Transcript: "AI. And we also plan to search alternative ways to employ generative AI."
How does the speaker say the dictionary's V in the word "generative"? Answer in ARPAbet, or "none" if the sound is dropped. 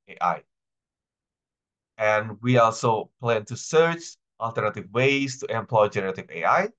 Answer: V